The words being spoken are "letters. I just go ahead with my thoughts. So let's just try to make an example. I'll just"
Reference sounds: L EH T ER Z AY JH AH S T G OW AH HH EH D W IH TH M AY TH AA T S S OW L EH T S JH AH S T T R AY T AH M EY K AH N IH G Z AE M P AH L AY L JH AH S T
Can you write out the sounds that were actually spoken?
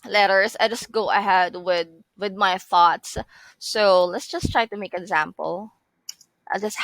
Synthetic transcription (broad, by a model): L EH T ER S AY JH AH S T G OW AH HH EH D W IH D M AY TH AA T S S OW L EH T S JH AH S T T R AY T AH M EY AH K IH G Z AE M P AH L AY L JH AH S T